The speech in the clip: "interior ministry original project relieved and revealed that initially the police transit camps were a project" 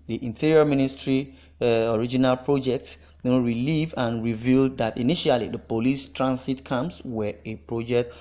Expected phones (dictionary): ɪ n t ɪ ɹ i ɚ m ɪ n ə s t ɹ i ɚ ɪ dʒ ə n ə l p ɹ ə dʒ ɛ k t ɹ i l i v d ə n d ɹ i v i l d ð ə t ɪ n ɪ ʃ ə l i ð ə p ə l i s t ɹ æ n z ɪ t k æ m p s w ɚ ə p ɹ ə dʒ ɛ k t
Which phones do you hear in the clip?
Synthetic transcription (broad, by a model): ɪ n t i ɹ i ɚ m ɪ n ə s t ɹ i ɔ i dʒ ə n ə l p ɹ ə dʒ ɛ k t ɹ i l i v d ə n ɹ i v i l d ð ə t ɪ n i ʃ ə l i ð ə p ə l i s t ɹ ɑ n s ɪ t k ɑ m s w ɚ ə p ɹ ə dʒ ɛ k t